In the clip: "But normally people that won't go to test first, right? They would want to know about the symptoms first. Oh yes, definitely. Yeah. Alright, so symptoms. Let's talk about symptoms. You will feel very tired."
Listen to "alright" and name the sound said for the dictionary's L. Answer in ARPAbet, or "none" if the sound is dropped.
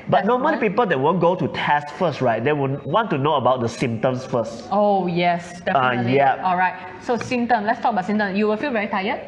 L